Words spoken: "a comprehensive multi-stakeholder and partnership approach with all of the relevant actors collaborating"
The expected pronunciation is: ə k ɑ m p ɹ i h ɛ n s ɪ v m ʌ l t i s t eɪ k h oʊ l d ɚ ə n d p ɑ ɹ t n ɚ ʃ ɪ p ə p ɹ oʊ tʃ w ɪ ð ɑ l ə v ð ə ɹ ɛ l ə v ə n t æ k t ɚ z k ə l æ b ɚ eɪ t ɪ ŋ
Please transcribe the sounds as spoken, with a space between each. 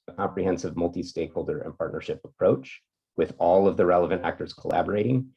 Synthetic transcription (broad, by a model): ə k ɑ m p ɹ i h ɛ n s ɪ v m ʌ l t i s t eɪ k h oʊ l d ɚ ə n p ɑ ɹ t n ɚ ʃ ɪ p ə p ɹ oʊ tʃ w ɪ ð ɑ l ə v ð ə ɹ ɛ l ə v ə n t æ k t ɚ z k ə l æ b ɚ eɪ t ɪ ŋ